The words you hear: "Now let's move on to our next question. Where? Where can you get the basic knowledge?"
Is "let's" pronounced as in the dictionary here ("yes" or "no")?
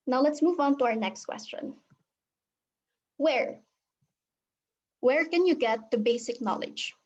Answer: yes